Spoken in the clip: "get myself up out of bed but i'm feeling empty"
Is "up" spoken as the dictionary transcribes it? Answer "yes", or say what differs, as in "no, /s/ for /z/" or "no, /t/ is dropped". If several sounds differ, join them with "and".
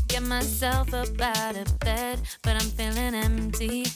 no, /b/ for /p/